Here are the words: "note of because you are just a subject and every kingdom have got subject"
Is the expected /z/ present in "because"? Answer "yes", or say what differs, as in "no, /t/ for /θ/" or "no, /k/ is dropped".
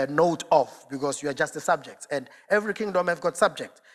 no, /s/ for /z/